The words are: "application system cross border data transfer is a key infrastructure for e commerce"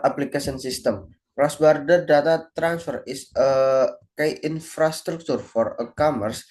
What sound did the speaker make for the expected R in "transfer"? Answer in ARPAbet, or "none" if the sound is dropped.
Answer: R